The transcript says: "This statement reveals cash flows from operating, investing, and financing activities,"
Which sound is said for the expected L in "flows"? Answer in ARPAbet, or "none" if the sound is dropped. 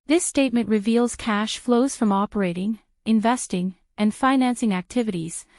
L